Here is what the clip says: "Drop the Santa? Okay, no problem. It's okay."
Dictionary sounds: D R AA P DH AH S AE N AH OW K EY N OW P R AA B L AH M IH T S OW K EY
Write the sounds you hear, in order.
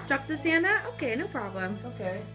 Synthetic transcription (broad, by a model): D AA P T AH S AE N AH OW K EY N OW P R AA B L AH M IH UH K EY